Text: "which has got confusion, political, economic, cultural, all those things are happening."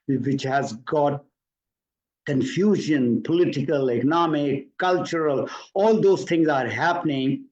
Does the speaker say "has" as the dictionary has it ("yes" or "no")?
yes